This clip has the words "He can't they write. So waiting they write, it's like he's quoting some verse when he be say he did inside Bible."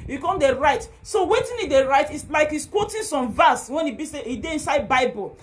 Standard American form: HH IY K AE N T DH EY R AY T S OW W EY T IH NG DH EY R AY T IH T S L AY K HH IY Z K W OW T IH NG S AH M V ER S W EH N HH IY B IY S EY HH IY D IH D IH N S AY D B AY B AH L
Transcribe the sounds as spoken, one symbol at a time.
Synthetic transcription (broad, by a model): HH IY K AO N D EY R AY T S OW W EY T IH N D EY R AY T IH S L AY K HH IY S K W OW T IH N S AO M V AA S W EH N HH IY B IY S EY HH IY D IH IH N S AY D B AY B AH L